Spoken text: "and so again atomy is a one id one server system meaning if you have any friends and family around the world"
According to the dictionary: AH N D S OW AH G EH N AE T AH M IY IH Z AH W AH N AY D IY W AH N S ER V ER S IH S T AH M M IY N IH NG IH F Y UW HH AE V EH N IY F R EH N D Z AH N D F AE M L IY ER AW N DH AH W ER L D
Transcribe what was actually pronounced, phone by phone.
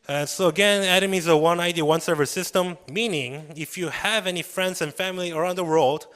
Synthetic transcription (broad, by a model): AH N S OW AH G EH N AE T AH M IY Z AH W AH N AY D IY W AH N S ER V ER S IH S T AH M M IY N IH NG IH F Y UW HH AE V EH N IY F R EH N D Z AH N F AE M L IY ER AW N DH AH W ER L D